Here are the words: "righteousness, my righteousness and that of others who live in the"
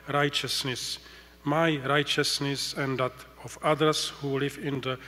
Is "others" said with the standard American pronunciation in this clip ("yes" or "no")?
no